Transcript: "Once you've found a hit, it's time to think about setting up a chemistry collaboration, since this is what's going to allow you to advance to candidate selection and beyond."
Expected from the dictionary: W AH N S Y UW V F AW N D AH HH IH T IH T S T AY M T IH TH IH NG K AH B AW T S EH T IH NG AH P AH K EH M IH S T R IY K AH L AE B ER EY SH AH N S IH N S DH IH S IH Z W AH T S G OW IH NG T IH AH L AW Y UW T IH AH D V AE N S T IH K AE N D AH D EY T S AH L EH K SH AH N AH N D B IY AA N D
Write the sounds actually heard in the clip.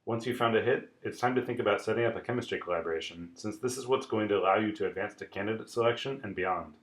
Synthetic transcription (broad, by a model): W AH N S Y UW F AW N D AH HH IH T IH T S T AY M T IH TH IH NG K AH B AW T S EH T IH NG AH P AH K EH M IH S T R IY K AH L AE B ER EY SH AH N S IH N S DH IH S IH Z W AH T S G OW IH NG T IH AH L AW Y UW T IH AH D V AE N S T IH K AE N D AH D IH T S AH L EH K SH AH N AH N B IY AA N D